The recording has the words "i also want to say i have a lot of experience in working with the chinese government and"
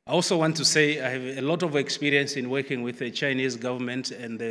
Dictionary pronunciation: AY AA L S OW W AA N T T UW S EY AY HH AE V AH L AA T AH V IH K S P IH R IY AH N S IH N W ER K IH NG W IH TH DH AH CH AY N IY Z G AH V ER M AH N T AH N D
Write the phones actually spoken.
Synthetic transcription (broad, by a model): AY AA L S OW W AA N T T UW S EY AY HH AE V AH L AA T AH V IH K S P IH R IY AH N S IH N W ER K IH NG W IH DH AH CH AY N IY Z G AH V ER M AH N T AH N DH